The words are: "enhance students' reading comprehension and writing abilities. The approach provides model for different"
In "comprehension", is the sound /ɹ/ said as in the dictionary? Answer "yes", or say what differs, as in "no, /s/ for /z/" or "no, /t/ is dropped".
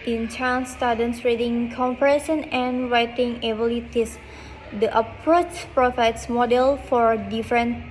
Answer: no, /ɹ/ is dropped